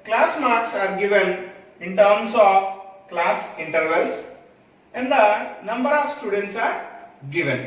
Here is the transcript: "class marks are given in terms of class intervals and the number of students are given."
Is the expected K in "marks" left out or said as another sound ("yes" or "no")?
no